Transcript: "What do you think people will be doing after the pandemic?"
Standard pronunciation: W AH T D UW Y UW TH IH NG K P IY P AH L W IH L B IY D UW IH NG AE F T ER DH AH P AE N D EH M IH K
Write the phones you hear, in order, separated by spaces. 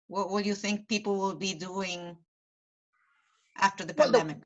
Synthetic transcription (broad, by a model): W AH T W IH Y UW TH IH NG K P IY P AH L W IH L B IY D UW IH NG AE F T ER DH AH P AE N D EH M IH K